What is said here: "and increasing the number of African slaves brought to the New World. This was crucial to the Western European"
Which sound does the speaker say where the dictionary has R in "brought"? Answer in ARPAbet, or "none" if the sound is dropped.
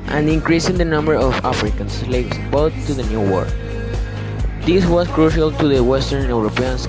none